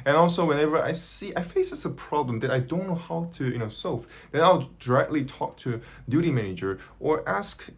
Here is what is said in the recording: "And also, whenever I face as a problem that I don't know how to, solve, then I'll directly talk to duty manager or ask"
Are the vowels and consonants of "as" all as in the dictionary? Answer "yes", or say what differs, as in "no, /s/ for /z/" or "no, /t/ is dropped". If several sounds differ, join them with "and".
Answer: no, /s/ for /z/